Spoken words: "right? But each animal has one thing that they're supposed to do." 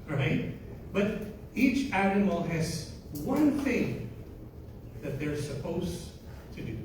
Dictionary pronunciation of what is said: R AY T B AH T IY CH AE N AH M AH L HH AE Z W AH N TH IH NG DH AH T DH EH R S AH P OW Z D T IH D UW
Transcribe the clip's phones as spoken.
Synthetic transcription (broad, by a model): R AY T B AH T IY CH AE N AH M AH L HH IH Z W AH N TH IH NG DH AH T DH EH R S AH P OW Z T IH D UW